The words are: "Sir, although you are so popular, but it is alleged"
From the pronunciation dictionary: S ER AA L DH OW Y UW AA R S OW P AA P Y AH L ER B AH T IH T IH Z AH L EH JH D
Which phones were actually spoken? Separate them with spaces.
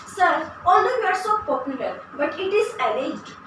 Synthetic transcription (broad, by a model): S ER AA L OW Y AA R S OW P AA P Y AH L ER B AH T IH T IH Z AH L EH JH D